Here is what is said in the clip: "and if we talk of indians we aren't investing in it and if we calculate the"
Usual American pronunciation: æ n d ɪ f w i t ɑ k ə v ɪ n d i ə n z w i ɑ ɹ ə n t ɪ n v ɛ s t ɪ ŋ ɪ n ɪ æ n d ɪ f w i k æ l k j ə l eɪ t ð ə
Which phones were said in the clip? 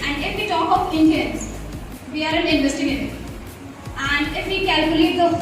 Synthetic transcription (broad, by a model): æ n d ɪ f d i t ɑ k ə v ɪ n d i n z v i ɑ ɹ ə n ɪ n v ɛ s t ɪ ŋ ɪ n ɪ æ n d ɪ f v i k æ l k j ə l eɪ t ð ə